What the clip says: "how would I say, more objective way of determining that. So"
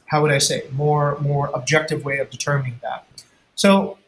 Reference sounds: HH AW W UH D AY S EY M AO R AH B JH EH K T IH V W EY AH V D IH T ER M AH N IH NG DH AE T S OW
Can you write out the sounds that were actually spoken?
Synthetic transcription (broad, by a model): HH AW W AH D AY S EY M AO R AH B JH EH K T IH V W EY AH V D IH T ER M AH N IH NG DH AE T S OW